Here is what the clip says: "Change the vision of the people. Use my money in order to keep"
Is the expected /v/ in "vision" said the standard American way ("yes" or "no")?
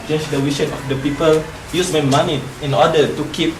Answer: no